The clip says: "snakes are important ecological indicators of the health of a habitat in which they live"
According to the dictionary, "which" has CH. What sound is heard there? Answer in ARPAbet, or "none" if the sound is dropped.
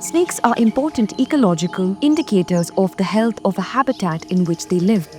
CH